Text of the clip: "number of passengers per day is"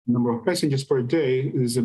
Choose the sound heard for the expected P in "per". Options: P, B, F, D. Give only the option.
F